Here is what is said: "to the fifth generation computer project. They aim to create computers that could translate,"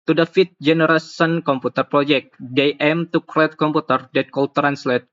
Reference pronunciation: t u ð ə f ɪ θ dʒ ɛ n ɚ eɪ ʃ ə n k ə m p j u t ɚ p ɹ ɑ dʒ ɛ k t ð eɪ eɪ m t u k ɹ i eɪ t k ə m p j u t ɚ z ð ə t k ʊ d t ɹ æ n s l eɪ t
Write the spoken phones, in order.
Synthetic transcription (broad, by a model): t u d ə f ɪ t dʒ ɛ n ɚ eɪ s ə n k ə m p u t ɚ p ɹ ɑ dʒ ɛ k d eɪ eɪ m t u k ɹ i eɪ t k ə m p u t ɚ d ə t k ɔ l t ɹ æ n s l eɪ t